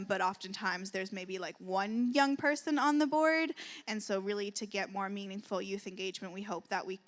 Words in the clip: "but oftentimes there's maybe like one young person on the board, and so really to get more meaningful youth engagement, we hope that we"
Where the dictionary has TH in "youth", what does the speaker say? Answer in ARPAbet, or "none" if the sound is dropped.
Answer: TH